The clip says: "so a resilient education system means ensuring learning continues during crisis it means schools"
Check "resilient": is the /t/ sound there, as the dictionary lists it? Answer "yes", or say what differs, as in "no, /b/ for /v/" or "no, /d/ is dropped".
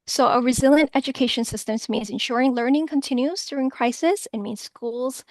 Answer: yes